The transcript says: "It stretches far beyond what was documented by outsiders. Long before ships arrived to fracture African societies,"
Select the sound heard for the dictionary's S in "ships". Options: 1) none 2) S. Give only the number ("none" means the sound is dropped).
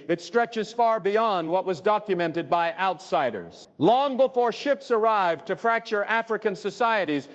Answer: 2